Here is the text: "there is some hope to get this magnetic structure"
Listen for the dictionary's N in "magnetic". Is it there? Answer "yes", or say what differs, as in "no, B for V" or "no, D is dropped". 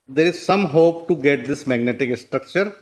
yes